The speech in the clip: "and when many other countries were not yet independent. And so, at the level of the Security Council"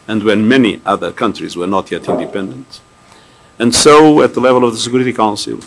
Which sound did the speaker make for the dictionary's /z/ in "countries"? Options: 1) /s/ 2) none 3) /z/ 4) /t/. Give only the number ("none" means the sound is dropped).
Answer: 3